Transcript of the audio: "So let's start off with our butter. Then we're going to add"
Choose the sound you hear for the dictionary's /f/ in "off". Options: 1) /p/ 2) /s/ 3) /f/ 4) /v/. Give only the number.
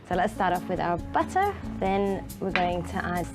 1